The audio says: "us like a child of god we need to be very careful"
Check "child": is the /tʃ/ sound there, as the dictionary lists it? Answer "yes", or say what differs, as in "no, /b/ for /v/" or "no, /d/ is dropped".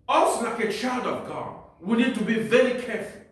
yes